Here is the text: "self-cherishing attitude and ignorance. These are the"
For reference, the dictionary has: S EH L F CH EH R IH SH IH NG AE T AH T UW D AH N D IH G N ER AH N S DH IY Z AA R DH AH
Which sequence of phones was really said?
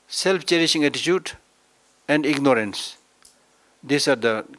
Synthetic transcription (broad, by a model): S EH L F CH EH R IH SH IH NG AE T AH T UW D AH N D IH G N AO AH N S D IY S AA R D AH